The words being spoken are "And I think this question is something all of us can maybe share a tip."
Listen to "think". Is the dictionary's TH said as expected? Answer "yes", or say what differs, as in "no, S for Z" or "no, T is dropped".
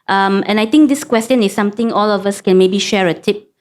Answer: no, T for TH